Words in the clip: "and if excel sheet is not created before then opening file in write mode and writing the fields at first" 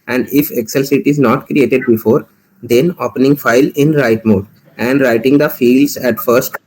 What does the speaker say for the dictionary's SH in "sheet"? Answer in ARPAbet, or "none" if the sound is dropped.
S